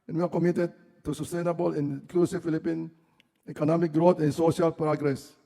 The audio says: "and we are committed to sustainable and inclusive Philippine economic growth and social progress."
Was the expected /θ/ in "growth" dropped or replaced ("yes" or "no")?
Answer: yes